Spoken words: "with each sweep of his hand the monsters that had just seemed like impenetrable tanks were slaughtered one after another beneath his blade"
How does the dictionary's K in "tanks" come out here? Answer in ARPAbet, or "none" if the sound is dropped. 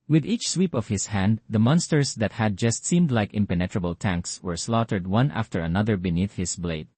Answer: K